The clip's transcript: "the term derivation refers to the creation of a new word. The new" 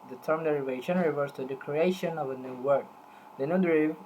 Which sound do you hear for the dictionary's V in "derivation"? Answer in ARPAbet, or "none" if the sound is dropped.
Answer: V